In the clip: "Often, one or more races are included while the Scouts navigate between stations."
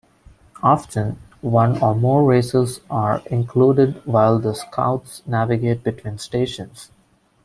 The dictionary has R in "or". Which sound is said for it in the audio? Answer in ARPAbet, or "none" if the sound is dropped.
R